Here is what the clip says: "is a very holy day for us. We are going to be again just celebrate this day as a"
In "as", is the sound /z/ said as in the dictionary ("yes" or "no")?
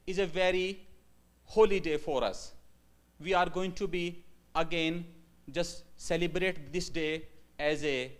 yes